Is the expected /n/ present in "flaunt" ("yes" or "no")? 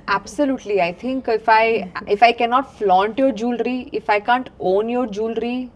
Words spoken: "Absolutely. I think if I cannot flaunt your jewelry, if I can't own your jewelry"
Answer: yes